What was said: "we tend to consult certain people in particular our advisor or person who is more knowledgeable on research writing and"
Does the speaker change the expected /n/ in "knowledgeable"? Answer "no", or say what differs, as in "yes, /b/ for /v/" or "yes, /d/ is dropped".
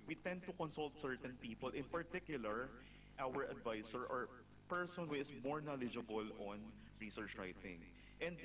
no